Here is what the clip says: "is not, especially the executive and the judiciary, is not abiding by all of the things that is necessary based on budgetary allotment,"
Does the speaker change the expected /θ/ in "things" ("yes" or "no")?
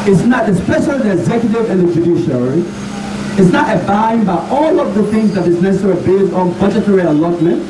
no